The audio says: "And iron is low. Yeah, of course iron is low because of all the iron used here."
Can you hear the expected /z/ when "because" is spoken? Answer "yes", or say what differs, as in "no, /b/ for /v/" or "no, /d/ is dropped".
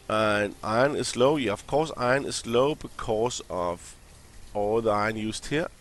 no, /s/ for /z/